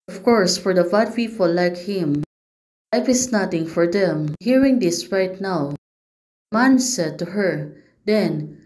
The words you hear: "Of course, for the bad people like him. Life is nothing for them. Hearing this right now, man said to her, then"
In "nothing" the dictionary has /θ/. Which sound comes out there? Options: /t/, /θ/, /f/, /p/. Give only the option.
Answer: /t/